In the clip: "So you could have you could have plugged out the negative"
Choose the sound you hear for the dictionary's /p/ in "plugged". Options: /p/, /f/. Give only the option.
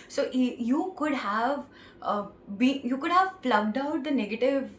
/f/